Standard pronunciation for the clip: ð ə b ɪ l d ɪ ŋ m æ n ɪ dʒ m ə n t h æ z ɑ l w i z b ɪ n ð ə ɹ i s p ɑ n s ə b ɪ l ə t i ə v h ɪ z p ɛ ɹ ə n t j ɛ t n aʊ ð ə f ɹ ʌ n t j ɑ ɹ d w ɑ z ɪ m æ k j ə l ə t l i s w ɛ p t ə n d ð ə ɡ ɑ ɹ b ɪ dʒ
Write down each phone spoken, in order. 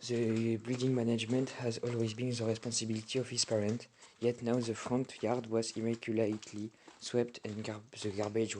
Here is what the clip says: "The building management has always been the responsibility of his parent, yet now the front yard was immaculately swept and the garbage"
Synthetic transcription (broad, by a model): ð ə b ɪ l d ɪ ŋ m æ n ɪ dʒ m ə n t h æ z ɑ l w i z b ɪ n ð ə ɹ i s p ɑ n s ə b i l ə t i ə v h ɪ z p ɛ ɹ ə n t j ɛ t n aʊ ð ə f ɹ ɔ n t j ɑ ɹ d w ɑ z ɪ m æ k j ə l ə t l i s w ɛ p t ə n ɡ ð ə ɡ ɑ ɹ b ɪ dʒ